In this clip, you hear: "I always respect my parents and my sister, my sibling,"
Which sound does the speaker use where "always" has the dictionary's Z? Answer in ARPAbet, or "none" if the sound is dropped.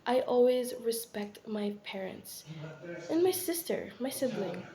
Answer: Z